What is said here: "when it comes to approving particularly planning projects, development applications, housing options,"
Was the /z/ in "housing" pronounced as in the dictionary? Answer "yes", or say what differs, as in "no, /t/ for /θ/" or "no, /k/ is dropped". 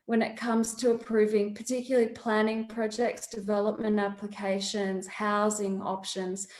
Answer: yes